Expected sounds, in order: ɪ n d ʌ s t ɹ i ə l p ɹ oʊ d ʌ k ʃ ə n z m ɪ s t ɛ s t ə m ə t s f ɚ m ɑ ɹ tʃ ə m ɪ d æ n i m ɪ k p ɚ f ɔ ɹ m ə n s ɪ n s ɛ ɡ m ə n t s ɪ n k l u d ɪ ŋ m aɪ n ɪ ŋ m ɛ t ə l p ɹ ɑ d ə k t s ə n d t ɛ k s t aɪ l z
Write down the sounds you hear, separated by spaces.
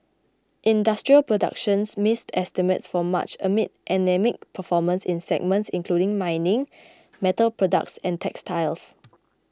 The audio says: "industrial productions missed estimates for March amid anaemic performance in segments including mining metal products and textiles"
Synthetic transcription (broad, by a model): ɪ n d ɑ s t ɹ i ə l p ɹ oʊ d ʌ k ʃ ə n s m ɪ s t ɛ s t ə m ə t s f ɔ m ɑ tʃ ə m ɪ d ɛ n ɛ m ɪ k p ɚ f ɔ m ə n s ɪ n s ɛ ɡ m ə n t s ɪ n k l u d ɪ ŋ m aɪ n ɪ ŋ m ɛ t ə l p ɹ ɑ d ə k t s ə n t ɛ k s t aɪ l s